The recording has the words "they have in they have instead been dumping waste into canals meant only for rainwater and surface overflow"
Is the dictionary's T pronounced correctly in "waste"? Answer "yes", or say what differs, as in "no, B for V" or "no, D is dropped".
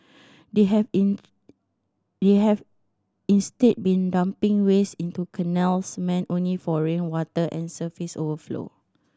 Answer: no, T is dropped